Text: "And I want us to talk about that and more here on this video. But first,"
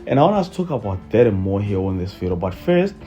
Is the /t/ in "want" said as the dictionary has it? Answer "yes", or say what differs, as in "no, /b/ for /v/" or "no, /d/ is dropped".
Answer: no, /t/ is dropped